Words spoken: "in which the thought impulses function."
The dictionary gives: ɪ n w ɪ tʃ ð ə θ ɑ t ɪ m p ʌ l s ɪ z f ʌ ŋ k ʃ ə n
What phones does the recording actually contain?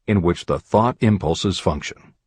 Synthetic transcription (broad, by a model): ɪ n w ɪ tʃ ð ə θ ɑ t ɪ m p ʌ l s ɪ z f ʌ ŋ k ʃ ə n